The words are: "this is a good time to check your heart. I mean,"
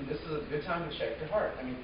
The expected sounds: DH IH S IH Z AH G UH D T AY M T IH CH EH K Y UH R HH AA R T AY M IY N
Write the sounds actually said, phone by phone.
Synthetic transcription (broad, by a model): DH IH S IH Z AH G UH D T AY M T IH SH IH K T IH HH AA R T AY M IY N